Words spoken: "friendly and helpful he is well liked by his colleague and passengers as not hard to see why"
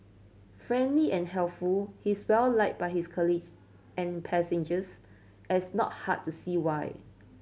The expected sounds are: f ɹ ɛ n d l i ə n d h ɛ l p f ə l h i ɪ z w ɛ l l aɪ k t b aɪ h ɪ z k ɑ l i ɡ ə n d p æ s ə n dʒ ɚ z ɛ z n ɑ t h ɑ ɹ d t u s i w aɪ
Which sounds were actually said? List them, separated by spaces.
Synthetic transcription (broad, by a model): f ɹ ɛ n d l i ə n h ɛ l p f ə l h i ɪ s w ɛ l l aɪ t b aɪ h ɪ s k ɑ l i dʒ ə n p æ s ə n dʒ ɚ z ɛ s n ɑ t h ɑ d t u s i w aɪ